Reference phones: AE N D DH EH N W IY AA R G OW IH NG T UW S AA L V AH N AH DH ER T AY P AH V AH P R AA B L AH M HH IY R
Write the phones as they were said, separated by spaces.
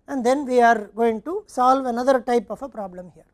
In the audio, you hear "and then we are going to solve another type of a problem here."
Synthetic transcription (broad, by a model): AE N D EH N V IY AA R G OW IH NG T UW S AA L V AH N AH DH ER T AY P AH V AH P R AA B L AH M HH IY R